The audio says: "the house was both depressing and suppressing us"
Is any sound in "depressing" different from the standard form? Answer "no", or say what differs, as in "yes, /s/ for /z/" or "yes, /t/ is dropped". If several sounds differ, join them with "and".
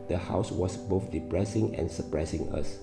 no